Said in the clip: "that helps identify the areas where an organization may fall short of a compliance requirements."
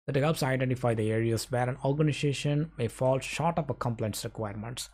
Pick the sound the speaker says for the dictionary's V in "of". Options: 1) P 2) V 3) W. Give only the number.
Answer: 1